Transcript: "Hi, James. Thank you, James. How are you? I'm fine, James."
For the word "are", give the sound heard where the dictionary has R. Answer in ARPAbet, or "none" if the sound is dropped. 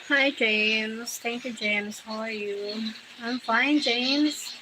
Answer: L